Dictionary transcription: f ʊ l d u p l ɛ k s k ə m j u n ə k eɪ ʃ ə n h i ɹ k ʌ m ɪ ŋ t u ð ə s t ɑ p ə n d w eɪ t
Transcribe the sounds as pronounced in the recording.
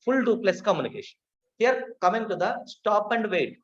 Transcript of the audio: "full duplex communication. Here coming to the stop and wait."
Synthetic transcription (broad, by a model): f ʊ l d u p l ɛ s k ə m j u n ə k eɪ ʃ ə n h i ɹ k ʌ m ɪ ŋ t u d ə s t ɑ p ə n d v eɪ t